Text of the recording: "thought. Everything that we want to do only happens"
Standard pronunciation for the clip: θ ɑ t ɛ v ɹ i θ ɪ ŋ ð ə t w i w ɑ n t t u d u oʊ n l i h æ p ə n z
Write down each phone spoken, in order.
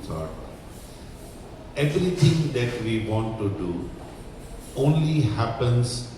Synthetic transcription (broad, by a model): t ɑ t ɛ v ɹ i t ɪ ŋ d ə t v i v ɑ n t t u d u oʊ n l i h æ p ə n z